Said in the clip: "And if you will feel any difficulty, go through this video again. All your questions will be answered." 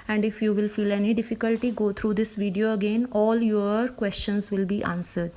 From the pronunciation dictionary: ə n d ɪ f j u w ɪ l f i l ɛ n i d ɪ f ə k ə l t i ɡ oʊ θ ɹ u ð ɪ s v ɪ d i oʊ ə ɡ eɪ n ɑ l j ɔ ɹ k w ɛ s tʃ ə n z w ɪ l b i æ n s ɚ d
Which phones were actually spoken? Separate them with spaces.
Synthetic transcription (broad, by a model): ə n d ɪ f j u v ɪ l f i l ɛ n i d ɪ f ə k ə l t i ɡ oʊ t ɹ u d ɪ s v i d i oʊ ə ɡ eɪ n ɑ l j ɔ ɹ k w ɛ s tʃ ə n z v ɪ l b i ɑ n s ɚ d